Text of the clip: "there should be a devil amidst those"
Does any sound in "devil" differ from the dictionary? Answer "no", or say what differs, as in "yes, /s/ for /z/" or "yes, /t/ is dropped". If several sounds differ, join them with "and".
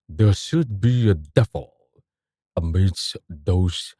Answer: yes, /f/ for /v/